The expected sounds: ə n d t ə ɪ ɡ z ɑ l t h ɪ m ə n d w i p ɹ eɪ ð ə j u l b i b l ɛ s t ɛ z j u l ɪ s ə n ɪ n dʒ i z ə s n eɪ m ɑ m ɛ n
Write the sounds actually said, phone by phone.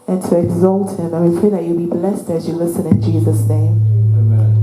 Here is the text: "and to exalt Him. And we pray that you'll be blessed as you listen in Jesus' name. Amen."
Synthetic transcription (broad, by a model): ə n t ə ɪ ɡ z ɑ l t h ɪ m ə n w i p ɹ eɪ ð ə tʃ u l b i b l ɛ s t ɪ z j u l ɪ s ə n ɪ n dʒ i z ə s n eɪ ɑ m